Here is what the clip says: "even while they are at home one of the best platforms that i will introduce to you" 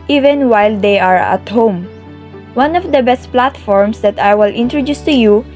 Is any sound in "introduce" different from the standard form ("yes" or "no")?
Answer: no